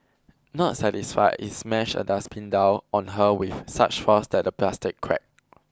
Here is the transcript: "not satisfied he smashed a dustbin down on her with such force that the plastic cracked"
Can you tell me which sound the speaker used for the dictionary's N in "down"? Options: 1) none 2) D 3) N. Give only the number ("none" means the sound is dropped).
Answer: 1